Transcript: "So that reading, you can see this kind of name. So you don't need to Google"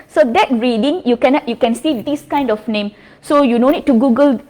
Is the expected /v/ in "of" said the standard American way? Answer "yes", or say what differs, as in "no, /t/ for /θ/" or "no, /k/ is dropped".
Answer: no, /f/ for /v/